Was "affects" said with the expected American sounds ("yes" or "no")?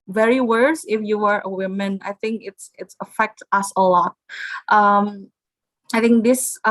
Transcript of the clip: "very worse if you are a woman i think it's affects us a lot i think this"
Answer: no